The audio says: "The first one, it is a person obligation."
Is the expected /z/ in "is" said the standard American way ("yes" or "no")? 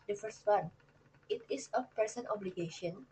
no